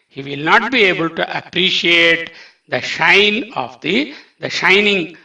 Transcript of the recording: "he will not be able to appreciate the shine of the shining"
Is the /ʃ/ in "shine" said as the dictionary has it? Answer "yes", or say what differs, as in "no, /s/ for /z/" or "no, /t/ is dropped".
yes